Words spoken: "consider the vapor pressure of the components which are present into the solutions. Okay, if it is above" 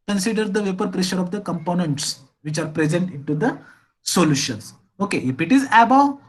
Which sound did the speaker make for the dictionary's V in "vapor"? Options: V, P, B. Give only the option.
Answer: V